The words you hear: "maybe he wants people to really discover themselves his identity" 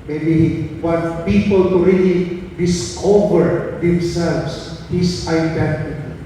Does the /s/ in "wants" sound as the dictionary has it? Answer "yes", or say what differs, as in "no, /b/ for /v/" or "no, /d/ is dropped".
no, /s/ is dropped